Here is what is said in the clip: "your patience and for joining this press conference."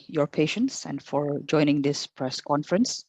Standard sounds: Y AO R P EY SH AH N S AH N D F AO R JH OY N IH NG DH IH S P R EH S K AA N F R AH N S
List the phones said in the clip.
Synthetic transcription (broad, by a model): Y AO R P EY SH AH N S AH N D F AO R JH OY N IH NG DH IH S P R EH S K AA N F R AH N S